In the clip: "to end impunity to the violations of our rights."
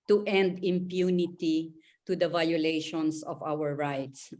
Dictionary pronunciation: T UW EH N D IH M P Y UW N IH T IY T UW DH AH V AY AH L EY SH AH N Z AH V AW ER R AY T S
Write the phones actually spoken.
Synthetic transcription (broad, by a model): T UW EH N D IH M P Y UW N IH T IY T UW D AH V AY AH L EY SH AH N S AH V AW ER R AY T S